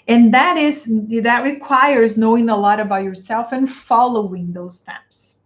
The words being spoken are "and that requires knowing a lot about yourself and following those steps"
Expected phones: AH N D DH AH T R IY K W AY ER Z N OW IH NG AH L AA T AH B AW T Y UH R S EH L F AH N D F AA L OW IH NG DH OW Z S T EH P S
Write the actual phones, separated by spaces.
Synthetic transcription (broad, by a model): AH N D DH AH T R IY K W AY ER Z N OW IH NG AH L AA T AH B AW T Y UH R S EH L F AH N F AA L OW IH NG DH OW Z S T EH P S